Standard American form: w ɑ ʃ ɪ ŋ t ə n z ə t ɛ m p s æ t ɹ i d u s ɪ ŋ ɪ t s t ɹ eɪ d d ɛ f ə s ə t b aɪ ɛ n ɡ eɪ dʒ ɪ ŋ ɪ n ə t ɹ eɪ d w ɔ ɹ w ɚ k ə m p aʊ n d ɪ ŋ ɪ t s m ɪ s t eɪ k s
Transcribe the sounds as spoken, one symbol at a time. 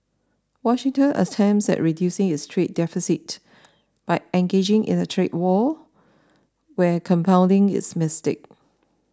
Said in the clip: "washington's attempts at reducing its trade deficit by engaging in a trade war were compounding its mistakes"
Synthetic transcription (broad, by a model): w ɑ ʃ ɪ ŋ t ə n ə t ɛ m s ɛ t ɹ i d u s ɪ ŋ ɪ t s t ɹ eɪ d d ɛ f ə s ə t b aɪ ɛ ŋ ɡ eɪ dʒ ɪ ŋ ɪ n ə t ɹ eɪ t w ɔ w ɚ k ə m p aʊ n d ɪ ŋ ɪ t s m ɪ s t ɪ k